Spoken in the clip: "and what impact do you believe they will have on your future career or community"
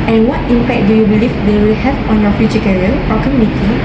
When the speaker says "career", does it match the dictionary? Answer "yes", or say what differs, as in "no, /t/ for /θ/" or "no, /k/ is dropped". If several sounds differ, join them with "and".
no, /l/ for /ɹ/